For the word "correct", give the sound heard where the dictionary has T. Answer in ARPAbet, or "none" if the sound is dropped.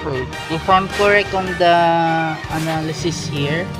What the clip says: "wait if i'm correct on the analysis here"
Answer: none